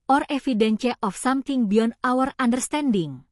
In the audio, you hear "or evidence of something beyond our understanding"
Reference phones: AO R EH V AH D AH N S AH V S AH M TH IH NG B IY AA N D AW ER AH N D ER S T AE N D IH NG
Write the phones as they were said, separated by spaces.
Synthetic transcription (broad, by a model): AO R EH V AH D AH N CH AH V S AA M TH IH NG B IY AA N AW ER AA N D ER S T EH N D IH NG